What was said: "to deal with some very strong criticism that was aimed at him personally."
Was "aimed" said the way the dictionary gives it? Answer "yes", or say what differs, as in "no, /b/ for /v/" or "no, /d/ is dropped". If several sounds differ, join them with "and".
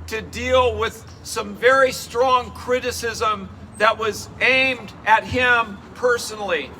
yes